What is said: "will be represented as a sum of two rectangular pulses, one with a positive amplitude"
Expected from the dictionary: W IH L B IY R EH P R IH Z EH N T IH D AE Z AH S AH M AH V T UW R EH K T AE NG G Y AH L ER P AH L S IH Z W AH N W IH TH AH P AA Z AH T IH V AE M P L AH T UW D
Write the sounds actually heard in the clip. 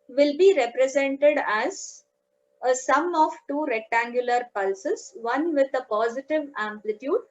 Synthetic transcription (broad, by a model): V IH L B IY R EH P R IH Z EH N T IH D AE Z AH S AH M AH V T UW R EH K T AE NG G Y AH L ER P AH L S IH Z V AH N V IH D AH P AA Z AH T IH V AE M P L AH T UW D